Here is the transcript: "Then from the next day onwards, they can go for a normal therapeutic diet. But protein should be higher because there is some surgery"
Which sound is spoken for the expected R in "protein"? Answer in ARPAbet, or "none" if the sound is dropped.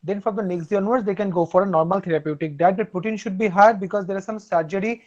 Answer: none